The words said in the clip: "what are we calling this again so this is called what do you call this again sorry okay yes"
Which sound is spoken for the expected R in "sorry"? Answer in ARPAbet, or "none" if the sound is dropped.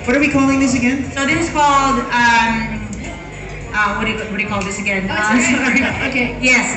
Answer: none